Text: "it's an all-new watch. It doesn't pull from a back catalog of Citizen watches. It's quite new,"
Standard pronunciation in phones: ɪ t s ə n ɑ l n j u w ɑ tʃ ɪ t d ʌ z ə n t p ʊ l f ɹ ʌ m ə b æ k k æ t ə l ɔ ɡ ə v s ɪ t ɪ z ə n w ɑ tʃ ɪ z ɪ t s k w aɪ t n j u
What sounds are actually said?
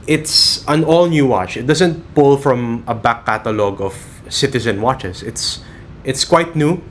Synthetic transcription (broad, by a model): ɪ t s ə n ɑ l n j u w ɑ tʃ ɪ t d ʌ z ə n t p ʊ l f ɹ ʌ m ə b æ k k æ t ə l ɔ ɡ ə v s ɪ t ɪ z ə n w ɑ tʃ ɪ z ɪ t s k w aɪ t n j u